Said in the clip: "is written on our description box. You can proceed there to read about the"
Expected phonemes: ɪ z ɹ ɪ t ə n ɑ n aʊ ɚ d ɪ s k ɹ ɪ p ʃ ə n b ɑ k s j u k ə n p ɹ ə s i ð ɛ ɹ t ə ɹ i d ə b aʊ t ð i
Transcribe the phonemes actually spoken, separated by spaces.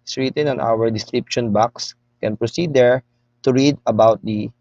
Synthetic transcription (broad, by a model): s ɹ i t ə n ɑ n aʊ ɚ d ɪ s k ɹ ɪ p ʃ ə n b ɑ k s k ə n p ɹ ə s i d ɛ ɹ t ə ɹ i d ə b aʊ t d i